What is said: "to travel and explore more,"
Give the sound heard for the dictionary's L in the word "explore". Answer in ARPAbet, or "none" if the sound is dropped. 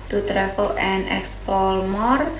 none